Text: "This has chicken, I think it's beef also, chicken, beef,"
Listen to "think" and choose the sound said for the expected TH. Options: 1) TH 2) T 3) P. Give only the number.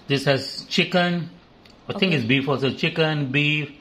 2